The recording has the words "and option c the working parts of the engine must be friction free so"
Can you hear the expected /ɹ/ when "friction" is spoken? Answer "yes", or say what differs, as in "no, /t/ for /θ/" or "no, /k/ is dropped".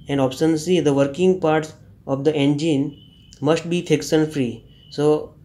no, /ɹ/ is dropped